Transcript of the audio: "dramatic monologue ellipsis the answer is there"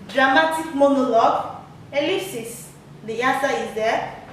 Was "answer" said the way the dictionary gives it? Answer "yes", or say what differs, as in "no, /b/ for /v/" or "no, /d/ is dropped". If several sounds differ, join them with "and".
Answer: no, /n/ is dropped